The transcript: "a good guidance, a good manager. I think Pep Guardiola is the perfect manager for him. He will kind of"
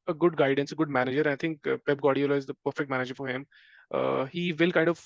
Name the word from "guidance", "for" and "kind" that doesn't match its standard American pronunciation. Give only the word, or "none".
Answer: none